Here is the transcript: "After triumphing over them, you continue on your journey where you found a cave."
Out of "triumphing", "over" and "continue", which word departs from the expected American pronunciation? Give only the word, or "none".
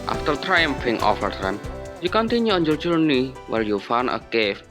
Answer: over